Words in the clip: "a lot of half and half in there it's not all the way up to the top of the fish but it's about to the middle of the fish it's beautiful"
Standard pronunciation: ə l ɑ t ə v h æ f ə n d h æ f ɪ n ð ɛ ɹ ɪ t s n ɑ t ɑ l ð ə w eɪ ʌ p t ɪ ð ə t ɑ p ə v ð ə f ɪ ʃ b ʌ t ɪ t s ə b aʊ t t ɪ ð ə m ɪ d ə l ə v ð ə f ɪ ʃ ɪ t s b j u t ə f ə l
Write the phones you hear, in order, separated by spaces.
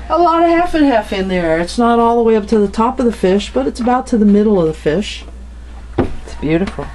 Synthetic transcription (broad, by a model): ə l ɑ t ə h æ f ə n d h æ f ɪ n ð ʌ ɹ ɪ t s n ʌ t ɑ l ð ə w eɪ ʌ p t ɪ ð ə t ɑ p ə v ð ə f ɪ ʃ b ʌ t ɪ t s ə b aʊ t t ɪ ð ə m ɪ d l ə v ð ə f ɪ ʃ ɪ t s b j u t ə f l